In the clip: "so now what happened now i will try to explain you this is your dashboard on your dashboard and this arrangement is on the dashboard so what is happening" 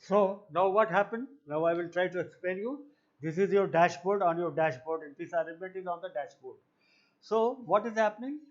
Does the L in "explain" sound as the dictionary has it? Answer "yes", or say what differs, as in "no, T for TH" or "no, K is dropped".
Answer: no, L is dropped